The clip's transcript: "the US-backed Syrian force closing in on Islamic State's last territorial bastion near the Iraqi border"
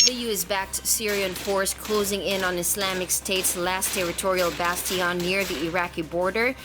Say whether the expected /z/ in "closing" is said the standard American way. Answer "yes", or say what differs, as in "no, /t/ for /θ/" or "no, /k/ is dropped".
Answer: yes